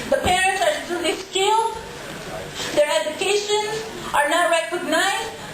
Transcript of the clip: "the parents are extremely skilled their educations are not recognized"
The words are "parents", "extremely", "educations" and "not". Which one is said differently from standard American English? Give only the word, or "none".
extremely